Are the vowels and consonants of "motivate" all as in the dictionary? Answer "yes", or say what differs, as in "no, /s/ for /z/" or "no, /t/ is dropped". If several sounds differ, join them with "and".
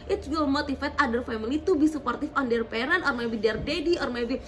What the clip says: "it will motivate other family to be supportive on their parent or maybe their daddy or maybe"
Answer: no, /f/ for /v/